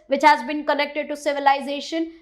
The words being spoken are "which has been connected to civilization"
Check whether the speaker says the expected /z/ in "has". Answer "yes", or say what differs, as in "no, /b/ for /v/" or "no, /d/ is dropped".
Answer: yes